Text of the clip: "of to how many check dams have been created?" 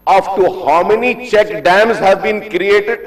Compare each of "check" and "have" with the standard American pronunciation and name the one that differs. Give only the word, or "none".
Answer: none